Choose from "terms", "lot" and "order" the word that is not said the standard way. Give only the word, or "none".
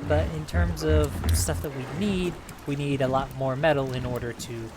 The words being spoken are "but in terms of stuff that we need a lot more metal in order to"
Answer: none